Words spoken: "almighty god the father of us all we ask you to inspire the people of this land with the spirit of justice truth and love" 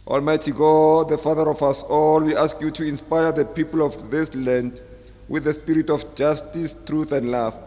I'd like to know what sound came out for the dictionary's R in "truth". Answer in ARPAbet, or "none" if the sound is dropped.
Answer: R